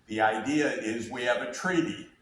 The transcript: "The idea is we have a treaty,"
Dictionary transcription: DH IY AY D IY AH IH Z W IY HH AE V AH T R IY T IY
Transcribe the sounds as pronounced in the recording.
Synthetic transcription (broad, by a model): DH IY AY D IY AH IH Z W IY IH V AH T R IY T IY